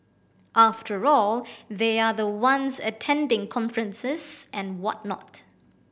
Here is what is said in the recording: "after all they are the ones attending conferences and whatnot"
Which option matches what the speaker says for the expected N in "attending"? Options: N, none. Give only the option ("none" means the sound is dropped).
N